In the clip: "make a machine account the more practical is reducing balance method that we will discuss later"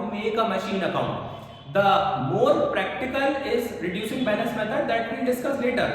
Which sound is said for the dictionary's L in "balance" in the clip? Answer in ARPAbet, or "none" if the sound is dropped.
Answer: N